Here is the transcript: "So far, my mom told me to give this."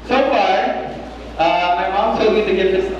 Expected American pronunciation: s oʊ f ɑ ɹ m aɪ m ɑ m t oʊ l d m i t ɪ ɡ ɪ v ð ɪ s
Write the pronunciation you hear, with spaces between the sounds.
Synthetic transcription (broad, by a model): s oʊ f ɑ ɹ m aɪ m ɑ m s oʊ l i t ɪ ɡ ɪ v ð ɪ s